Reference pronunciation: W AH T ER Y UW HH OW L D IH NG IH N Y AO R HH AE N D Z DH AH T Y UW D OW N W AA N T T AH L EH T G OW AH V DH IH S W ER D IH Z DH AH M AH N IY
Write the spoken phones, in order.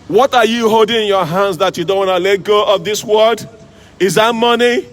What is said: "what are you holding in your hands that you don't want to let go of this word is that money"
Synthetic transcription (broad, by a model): W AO T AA Y UW HH OW L D IH NG IH N Y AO HH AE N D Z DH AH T Y UW D OW N W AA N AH L EH T G OW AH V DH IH S W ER D IH Z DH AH M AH N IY